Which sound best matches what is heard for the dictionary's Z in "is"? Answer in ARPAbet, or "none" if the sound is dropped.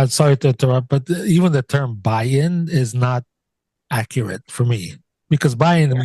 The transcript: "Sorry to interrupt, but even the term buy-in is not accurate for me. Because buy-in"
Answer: Z